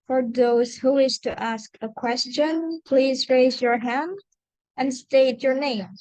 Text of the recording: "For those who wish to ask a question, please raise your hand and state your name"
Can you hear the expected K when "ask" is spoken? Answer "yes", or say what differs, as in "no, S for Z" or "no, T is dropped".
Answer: yes